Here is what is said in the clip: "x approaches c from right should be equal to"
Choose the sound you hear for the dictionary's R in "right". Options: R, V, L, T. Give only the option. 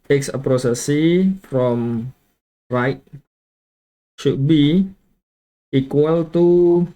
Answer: R